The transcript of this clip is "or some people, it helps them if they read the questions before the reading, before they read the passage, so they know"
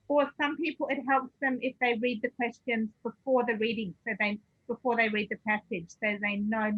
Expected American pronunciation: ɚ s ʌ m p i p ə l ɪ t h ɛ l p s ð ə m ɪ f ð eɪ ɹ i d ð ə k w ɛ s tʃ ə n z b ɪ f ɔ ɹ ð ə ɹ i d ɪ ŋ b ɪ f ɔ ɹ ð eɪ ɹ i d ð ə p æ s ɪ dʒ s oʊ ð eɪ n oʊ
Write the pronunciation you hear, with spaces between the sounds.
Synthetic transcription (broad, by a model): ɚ s ʌ m p i p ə l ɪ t h ɛ l p s ð ə m ɪ f ð eɪ ɹ i d ð ə k w ɛ s tʃ ə n z b ɪ f ɔ ɹ ð ə ɹ i d ɪ ŋ b ɪ f ɔ ɹ ð eɪ ɹ i d ð ə p æ s ɪ dʒ s oʊ ð eɪ n oʊ